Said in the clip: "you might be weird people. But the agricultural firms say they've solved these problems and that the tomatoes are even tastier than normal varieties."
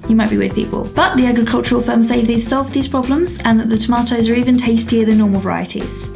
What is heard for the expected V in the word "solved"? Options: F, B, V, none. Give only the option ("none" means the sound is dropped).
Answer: V